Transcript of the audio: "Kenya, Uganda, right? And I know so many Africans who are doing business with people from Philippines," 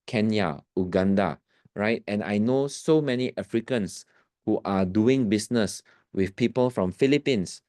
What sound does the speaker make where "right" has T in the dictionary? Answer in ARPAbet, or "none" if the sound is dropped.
T